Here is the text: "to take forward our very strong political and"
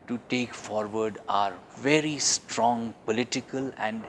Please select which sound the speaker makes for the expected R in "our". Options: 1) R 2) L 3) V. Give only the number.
1